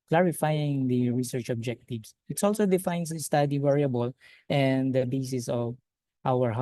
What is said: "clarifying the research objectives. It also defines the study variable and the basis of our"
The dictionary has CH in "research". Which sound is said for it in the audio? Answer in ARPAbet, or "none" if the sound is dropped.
CH